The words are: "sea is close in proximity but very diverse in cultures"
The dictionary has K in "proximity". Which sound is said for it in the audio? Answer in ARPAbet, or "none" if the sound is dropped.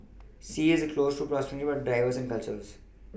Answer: none